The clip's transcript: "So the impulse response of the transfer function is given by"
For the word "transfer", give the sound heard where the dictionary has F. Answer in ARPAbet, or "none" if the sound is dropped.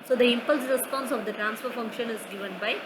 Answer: F